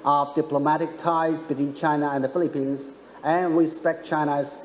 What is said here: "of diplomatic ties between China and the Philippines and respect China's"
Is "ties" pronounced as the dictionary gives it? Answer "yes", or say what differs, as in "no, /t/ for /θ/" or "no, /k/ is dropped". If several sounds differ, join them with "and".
yes